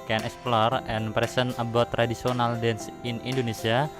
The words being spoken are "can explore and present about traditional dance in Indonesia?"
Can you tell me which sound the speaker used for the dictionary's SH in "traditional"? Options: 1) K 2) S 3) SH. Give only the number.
2